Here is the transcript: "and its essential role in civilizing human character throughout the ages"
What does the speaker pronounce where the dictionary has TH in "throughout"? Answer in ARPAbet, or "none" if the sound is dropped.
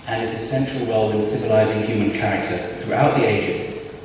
TH